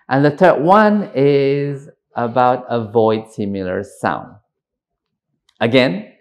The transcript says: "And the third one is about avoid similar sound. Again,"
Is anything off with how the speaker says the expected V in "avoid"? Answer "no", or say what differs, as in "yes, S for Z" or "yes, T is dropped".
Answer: no